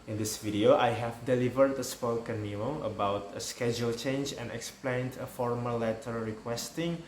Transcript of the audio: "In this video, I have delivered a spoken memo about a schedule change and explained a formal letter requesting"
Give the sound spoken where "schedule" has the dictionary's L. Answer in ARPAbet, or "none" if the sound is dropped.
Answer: L